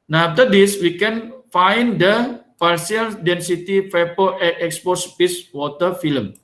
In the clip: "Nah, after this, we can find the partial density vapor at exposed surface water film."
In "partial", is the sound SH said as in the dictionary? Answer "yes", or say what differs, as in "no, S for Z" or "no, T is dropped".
no, S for SH